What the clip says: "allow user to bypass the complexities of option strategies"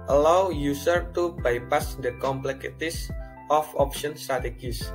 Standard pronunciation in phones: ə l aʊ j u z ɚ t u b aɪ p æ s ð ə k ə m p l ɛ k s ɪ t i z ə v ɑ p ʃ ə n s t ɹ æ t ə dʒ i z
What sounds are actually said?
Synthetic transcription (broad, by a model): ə l aʊ j u s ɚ t u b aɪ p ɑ s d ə k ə m p l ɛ k ɪ t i s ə f ɑ p ʃ ə n s t ɹ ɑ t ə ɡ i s